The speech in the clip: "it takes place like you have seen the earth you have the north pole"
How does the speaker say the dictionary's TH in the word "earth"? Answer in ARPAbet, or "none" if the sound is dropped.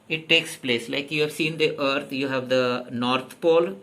T